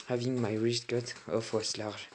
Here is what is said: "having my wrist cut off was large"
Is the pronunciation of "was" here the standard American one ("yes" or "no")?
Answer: no